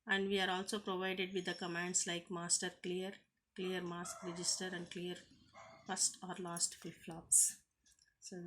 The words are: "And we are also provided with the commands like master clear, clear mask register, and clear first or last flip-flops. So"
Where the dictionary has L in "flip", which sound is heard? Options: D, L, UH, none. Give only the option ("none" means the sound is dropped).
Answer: none